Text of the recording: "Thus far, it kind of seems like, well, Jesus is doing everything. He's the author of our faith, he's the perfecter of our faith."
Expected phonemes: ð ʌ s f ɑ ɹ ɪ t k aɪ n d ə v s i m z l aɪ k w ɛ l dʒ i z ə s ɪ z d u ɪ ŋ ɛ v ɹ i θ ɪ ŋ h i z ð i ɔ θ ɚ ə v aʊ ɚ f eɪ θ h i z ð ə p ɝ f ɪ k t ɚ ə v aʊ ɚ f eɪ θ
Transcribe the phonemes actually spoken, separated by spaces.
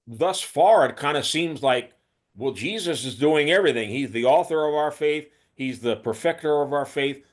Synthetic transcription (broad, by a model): ð ʌ s f ɑ ɹ ɪ t k aɪ n d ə s i m z l aɪ k w ɛ l dʒ i z ə s ɪ z d u ɪ ŋ ɛ v ɹ i θ ɪ ŋ h i z ð i ɔ θ ɚ ə v aʊ ɚ f eɪ θ h i z ð ə p ɝ f ɪ k t ɚ ə v aʊ ɚ f eɪ θ